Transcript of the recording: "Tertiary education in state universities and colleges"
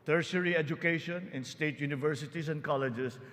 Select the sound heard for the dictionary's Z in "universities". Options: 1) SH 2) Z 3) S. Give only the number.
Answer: 3